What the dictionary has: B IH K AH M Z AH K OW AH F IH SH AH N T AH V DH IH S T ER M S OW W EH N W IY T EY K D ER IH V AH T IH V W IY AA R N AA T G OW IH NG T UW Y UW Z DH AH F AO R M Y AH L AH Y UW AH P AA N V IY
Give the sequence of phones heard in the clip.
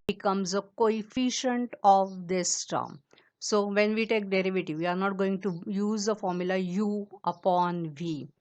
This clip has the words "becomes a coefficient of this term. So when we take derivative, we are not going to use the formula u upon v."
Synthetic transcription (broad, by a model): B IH K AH M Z AH K OW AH F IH SH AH N T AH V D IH S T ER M S OW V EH N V IY T EY K D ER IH V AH T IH V IY AA R N AA T G OW IH NG T UW Y UW Z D AH F AO R M Y AH L AH Y UW AH P AA N V IY